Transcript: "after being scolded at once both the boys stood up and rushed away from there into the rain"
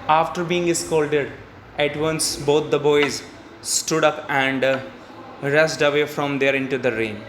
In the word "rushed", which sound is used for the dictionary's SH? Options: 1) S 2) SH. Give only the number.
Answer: 1